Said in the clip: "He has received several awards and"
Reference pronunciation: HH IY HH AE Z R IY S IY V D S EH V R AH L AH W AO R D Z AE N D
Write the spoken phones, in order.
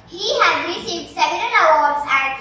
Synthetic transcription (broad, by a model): HH IY HH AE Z R IY S IY V D S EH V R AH N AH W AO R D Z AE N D